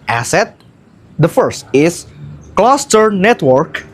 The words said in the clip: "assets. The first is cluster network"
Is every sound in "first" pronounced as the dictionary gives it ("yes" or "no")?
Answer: yes